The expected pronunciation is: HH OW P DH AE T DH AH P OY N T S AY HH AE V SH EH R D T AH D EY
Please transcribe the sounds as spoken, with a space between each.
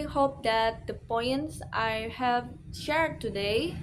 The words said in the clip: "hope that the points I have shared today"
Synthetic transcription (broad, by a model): HH OW P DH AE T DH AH P OY N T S AY HH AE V SH EH R D T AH D EY